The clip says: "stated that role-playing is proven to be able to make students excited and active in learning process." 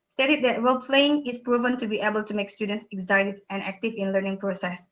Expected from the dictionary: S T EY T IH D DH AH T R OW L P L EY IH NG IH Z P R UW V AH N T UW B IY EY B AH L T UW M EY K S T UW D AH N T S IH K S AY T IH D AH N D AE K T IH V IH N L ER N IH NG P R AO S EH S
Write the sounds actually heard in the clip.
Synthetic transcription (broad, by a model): S T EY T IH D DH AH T R OW L P L EY IH NG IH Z P R UW V AH N T UW B IY EY B AH L T UW M EY K S T UW D AH N T S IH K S AY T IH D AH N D AE K T IH V IH N L ER N IH NG P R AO S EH S